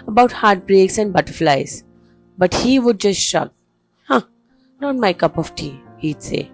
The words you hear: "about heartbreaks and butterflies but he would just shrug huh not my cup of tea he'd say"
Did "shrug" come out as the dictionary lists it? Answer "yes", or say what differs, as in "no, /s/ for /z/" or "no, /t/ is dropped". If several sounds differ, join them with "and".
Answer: no, /ɹ/ is dropped